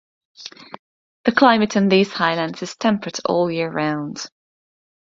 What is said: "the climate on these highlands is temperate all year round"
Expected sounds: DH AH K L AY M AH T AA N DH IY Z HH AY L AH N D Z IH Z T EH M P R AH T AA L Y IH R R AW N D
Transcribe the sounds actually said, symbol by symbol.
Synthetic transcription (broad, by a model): DH AH K L AY M AH T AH N DH IY Z HH AY L AH N D Z IH Z T EH M P R AH T AA L Y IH R R AW N D